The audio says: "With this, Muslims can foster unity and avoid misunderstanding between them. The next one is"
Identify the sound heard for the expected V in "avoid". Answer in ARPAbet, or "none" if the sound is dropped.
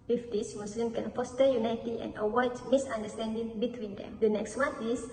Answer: W